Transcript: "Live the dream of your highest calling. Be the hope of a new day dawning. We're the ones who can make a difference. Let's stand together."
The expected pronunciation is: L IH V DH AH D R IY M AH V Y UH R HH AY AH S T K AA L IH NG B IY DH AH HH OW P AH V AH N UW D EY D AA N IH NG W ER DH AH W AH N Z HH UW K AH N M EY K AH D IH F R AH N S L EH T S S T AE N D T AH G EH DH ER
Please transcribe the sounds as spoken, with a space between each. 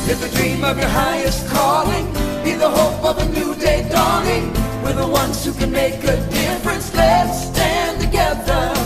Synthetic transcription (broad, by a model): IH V DH AH D R IY M AH V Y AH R HH AY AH S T K AA L IH NG B IY DH AH HH OW P AH V AH N UW D EY D AA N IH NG W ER DH AH W AH N Z HH UW K AH N M EY K AH D IH F R AH N S L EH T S S T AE N T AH G EH DH ER